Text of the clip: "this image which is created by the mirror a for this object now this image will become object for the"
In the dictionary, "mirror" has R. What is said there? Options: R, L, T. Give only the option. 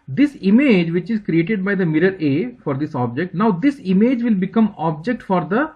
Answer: R